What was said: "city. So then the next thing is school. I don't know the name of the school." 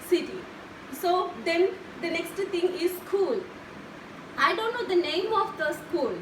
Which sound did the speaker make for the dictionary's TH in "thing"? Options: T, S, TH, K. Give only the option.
T